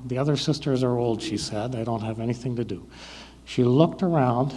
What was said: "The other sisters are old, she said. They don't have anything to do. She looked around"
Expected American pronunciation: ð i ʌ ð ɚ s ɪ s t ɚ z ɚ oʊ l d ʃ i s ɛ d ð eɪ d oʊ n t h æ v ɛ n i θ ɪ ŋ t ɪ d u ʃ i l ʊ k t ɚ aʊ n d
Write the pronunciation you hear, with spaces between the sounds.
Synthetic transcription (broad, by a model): ð i ʌ ð ɚ s ɪ s t ɚ z ɚ oʊ l d ʃ i s ɛ d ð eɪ d oʊ n t h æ v ɛ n i θ ɪ ŋ t ɪ d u ʃ i l ʊ k t ɚ aʊ n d